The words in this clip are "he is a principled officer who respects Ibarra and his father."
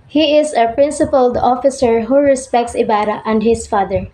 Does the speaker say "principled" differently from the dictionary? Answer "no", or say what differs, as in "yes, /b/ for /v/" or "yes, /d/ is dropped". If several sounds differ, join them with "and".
no